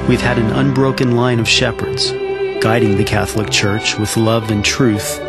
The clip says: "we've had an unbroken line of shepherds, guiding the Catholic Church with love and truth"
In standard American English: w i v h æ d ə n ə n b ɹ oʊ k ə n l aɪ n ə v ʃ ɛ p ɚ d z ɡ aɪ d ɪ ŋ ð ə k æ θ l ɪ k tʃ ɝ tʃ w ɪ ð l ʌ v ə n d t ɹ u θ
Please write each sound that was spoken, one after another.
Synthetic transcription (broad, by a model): w i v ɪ d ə n ə n b ɹ oʊ k ə n l aɪ n ə v ʃ ɛ p ɚ d z ɡ aɪ d ɪ ŋ ð ə k æ θ l ɪ k tʃ ɝ tʃ w ɪ ð l ʌ v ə n t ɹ u θ